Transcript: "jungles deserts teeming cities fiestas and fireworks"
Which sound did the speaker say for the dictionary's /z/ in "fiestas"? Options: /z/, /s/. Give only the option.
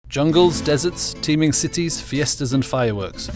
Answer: /z/